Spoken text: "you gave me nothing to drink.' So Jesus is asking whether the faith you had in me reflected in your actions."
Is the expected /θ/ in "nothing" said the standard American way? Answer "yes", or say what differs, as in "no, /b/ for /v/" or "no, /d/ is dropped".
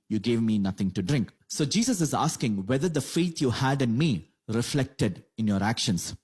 no, /t/ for /θ/